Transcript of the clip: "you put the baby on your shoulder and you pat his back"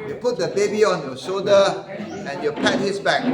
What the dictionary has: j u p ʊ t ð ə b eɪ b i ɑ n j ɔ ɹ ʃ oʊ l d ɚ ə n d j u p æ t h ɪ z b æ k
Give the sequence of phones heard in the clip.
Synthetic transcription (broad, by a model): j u p ʊ t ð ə b eɪ b i ɑ n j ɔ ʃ oʊ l d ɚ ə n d j u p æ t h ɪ s b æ k